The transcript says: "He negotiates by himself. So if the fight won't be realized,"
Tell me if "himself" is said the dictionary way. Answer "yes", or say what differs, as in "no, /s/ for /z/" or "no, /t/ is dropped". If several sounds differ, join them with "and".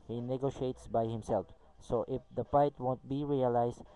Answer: yes